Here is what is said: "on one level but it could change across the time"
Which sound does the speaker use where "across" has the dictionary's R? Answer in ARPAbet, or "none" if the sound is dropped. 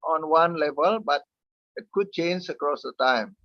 R